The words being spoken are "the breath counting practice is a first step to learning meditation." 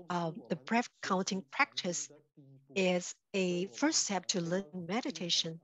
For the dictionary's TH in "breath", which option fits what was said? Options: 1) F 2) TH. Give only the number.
1